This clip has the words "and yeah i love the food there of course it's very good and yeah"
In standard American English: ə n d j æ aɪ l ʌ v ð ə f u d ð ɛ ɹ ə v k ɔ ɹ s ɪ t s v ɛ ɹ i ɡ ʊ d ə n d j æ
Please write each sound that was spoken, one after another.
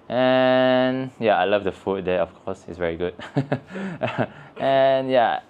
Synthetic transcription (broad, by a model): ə n j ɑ aɪ l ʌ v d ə f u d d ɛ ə f k ɔ s ɪ t s v ɛ ɹ i ɡ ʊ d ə n j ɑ